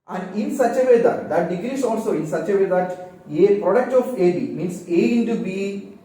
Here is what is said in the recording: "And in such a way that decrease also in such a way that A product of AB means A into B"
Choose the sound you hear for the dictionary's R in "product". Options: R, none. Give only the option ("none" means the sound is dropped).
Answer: R